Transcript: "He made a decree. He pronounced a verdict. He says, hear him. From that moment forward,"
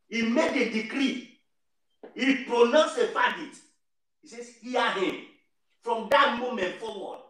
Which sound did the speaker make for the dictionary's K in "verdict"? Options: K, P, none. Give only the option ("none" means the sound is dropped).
none